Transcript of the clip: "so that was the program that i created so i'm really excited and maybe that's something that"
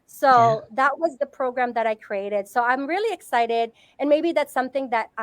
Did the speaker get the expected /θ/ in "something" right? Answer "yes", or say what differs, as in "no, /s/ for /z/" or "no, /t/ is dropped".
yes